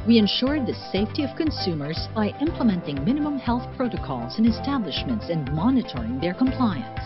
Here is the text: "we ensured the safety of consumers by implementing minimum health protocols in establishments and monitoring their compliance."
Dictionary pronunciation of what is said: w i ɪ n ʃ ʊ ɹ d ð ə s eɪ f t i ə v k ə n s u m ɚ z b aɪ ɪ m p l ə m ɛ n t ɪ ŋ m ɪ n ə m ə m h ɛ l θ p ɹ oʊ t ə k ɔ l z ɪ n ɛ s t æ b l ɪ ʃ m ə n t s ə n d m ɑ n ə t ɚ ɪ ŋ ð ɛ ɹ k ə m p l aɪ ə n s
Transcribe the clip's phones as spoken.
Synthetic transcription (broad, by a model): w i ɪ n ʃ ʊ ɹ d ð ə s eɪ f t i ə v k ə n s u m ɚ z b aɪ ɪ m p l ə m ɛ n t ɪ ŋ m ɪ n ə m ə m h ɛ l θ p ɹ oʊ t ə k ɔ l z ɪ n ɛ s t æ b l ɪ ʃ m ə n t s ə n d m ɑ n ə t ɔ ɪ ŋ ð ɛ ɹ k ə m p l aɪ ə n s